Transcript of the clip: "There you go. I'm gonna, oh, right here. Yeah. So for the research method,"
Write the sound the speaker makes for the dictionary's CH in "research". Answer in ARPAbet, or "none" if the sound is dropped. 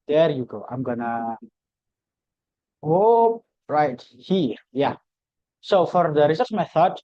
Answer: S